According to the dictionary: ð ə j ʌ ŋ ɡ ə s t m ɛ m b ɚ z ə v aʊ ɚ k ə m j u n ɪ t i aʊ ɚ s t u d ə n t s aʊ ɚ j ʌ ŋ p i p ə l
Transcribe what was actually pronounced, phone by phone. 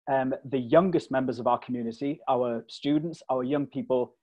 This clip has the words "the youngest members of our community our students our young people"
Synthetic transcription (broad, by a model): ð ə j ʌ ŋ ɡ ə s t m ɛ m b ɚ z ə v aʊ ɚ k ə m j u n ɪ t i aʊ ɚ s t u d n t s aʊ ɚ j ʌ ŋ p i p ə l